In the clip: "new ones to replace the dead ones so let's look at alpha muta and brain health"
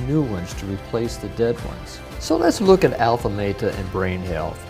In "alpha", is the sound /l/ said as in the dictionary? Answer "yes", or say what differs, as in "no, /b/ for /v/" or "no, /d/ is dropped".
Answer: yes